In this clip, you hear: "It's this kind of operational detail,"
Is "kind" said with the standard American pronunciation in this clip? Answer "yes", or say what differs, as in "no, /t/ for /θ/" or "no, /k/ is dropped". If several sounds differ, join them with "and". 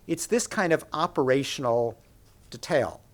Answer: yes